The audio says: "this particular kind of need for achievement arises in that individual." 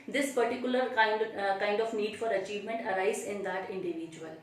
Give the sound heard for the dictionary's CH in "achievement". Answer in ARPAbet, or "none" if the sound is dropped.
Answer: CH